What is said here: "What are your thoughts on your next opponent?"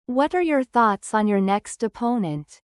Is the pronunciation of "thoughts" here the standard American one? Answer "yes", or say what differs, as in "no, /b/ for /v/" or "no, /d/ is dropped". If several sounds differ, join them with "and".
yes